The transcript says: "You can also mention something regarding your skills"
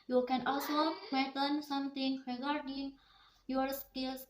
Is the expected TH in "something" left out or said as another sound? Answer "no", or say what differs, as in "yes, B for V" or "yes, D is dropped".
yes, T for TH